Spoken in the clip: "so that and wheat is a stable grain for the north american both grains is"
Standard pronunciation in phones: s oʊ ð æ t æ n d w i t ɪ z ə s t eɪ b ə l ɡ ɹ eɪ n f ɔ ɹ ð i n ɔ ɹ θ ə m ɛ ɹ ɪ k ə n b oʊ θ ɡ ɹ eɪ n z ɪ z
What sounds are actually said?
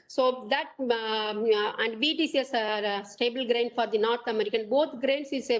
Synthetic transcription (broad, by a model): s oʊ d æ t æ n d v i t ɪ s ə s t eɪ b ə l ɡ ɹ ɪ n f ɔ ɹ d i n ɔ ɹ t ə m ɛ ɹ ɪ k ə n b oʊ t ɡ ɹ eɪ n s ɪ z